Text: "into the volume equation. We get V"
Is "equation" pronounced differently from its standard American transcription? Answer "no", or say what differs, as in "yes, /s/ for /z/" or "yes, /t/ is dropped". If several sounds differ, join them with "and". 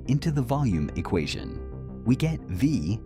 no